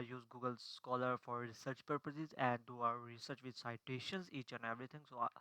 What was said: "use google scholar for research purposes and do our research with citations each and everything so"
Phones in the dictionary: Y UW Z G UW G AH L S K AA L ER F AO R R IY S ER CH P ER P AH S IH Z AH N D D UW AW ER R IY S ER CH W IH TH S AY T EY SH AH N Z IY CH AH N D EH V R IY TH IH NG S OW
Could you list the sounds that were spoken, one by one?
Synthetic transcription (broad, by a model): Y UW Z G UW G AH L S K AA L ER F AO R R IY S ER CH P ER P AH S IH Z AH N D D UW AW ER R IY S ER CH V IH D S AY T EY SH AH N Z IY CH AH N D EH V R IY T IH NG S OW